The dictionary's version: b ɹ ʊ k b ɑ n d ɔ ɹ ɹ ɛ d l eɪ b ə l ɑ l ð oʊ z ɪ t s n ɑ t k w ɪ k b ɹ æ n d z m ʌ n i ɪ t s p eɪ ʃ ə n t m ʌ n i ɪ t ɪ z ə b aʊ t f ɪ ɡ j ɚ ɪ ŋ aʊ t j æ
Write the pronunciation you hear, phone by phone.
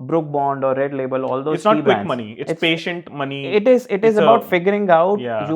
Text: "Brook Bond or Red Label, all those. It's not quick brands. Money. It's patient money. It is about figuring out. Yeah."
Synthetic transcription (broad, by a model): b ɹ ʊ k b ɑ n d ɔ ɹ ɹ ɛ d l eɪ b ə l ɑ l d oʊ ɪ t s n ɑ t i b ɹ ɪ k m ʌ n i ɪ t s p eɪ ʃ ə n t m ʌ n i ɪ t ɪ z ə b aʊ t f ɪ ɡ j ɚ ɪ ŋ aʊ t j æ